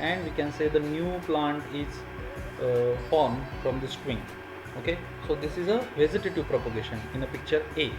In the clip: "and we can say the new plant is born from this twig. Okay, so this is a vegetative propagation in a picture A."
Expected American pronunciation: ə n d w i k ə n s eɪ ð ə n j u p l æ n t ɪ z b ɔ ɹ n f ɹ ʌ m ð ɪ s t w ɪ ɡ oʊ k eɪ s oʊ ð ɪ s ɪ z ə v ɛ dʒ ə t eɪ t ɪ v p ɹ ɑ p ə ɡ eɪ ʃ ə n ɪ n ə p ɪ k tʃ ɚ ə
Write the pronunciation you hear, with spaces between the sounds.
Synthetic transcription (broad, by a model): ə n d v i k ə n s eɪ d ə n j u p l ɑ n t ɪ z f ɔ ɹ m f ɹ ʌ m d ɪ s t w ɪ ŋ oʊ k eɪ s oʊ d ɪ s ɪ z ə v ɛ z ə t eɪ t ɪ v p ɹ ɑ p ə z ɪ ʃ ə n ɪ n ə p ɪ k tʃ ɚ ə